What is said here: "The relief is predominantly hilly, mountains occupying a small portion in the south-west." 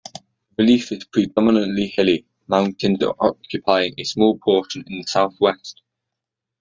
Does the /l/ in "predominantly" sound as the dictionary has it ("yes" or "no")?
yes